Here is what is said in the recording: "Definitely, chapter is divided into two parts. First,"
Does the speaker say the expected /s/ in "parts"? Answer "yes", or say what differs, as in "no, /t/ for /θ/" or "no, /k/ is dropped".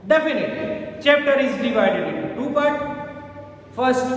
no, /s/ is dropped